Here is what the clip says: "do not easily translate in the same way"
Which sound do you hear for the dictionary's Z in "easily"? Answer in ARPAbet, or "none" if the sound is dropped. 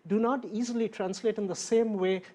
Z